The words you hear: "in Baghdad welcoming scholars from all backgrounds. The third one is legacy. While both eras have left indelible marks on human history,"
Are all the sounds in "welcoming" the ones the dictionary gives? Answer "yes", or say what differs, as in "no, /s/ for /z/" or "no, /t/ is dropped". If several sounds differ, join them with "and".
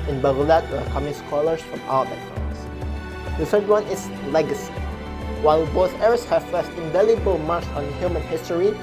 no, /l/ is dropped